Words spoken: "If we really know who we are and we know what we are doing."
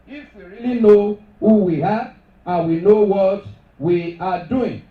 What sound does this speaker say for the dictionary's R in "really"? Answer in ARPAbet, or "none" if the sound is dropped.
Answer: R